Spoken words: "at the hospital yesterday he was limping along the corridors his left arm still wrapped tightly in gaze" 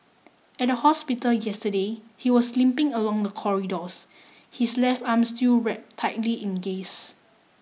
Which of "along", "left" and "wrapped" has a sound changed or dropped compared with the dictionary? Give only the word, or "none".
wrapped